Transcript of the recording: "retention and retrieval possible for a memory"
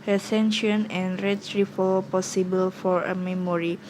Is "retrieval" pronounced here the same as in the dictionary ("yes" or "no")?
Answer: no